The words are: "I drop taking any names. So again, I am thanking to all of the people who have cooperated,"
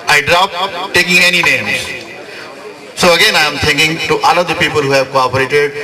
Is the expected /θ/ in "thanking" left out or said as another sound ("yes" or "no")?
yes